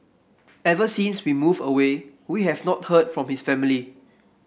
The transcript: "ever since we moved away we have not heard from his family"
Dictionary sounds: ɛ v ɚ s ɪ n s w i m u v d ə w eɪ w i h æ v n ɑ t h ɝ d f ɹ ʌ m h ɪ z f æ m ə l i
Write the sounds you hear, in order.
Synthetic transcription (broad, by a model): ɛ v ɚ s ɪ n s w i m u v ə w eɪ w i h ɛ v n ɑ t h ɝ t f ɹ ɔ m h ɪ s f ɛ m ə l i